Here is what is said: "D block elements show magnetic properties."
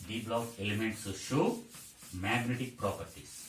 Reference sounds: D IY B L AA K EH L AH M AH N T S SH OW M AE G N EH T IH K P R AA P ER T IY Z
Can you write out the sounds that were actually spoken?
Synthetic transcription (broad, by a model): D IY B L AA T EH L AH M AH N T S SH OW M AE G N EH T IH K P R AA P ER T IY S